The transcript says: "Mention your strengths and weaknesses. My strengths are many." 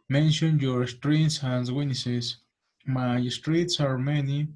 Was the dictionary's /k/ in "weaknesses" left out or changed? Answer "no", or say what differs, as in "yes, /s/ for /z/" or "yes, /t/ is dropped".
yes, /k/ is dropped